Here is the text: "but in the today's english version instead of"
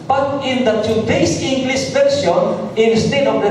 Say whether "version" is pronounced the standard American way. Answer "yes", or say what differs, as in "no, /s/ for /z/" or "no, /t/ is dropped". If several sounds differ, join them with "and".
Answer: no, /s/ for /ʒ/